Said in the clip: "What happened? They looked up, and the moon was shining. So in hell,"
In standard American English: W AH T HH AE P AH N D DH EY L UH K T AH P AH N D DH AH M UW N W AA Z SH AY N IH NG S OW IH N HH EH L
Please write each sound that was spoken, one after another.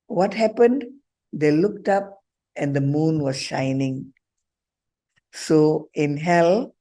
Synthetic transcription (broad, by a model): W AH T HH AE P AH N D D EY L UH K T AH P AH N D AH M UW N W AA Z SH AY N IH NG S OW IH N HH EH L